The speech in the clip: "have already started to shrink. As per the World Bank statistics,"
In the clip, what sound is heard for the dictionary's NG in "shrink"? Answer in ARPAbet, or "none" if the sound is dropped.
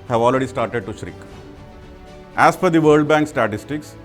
none